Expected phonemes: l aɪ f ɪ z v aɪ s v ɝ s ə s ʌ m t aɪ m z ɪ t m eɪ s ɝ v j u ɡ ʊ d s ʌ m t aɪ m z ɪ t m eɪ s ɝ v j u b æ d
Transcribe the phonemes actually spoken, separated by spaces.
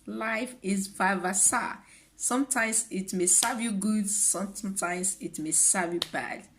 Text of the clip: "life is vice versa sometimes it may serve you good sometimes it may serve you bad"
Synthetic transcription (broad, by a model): l aɪ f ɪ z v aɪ v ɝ s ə s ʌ m t aɪ m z ɪ t m eɪ s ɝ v j u ɡ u d s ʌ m t aɪ m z ɪ t m eɪ s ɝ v j u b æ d